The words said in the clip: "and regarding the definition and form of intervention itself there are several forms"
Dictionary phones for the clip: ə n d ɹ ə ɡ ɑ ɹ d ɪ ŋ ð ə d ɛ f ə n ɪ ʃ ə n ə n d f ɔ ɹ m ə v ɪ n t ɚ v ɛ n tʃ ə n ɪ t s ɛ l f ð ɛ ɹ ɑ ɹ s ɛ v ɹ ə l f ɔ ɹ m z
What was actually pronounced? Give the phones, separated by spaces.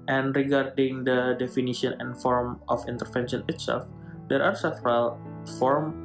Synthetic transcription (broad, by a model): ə n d ɹ ə ɡ ɑ ɹ d ɪ ŋ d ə d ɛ f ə n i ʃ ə n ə n f ɔ ɹ m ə f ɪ n t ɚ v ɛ n ʃ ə n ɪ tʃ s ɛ f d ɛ ɹ ɑ ɹ s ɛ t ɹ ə l f ɔ ɹ m